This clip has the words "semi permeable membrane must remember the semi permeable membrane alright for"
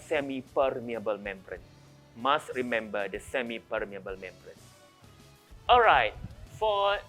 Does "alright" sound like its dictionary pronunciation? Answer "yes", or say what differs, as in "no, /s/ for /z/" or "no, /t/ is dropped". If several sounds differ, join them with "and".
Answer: yes